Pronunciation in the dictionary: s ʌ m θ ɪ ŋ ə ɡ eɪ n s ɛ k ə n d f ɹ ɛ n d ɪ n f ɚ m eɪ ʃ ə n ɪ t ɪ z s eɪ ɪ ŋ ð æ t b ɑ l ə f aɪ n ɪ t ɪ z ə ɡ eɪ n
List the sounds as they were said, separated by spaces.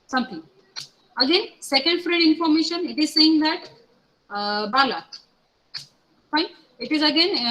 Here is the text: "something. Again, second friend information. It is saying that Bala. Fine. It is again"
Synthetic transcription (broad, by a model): s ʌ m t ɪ ŋ ə ɡ eɪ n s ɛ k ə n d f ɹ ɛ d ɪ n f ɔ m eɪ ʃ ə n ɪ t ɪ z s eɪ ɪ ŋ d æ t b ɑ l ə f aɪ n ɪ t ɪ z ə ɡ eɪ n